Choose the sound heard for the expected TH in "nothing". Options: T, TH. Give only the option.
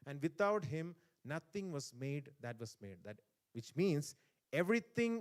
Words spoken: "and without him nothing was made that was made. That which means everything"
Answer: T